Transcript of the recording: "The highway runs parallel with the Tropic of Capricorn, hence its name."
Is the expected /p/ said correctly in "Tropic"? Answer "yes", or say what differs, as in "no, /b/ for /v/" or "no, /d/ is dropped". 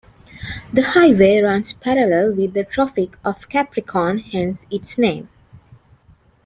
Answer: no, /f/ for /p/